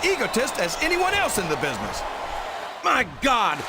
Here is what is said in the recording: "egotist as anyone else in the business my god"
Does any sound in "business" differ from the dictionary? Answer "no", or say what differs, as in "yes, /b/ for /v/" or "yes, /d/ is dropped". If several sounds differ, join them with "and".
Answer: no